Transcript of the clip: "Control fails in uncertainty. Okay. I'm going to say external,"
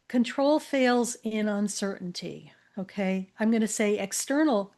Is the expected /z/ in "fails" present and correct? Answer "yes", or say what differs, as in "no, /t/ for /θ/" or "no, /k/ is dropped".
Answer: yes